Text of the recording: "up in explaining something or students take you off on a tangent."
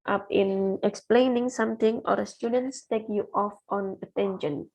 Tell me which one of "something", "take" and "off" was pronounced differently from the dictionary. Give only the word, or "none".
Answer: something